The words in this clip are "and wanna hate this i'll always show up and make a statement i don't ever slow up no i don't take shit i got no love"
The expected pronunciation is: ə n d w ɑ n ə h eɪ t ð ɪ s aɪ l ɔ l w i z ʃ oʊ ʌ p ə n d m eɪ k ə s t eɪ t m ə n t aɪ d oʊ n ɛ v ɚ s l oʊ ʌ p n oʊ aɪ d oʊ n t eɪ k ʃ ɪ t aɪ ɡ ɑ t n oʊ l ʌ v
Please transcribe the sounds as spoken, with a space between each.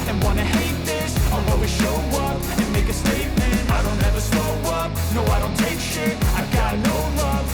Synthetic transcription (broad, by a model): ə n w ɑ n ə h eɪ t ð ɪ s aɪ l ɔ w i ʃ oʊ ʌ p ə n m eɪ k ə s t eɪ t m ə n t aɪ d oʊ n ɛ v ɚ s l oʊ ʌ p n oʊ aɪ d oʊ n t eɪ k ʃ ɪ aɪ ɡ ɑ t n oʊ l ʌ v